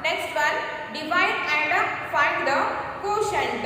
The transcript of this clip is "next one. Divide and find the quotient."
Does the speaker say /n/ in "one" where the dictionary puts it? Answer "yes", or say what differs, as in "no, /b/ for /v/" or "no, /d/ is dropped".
no, /l/ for /n/